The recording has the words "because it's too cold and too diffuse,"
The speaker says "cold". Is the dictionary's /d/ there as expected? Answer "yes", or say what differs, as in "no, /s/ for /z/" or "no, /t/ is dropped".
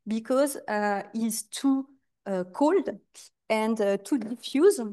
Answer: yes